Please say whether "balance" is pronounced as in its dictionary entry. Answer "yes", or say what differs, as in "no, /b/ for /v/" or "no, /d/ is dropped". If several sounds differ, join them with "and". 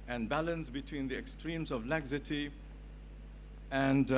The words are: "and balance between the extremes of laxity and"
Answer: yes